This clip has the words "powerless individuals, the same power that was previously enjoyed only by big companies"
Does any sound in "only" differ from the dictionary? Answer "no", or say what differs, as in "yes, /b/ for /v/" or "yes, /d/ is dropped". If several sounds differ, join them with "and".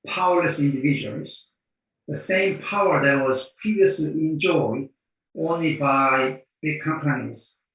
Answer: no